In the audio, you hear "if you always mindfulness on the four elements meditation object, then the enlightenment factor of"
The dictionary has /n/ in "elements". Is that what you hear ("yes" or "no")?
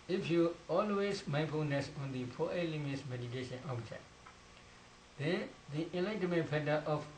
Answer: no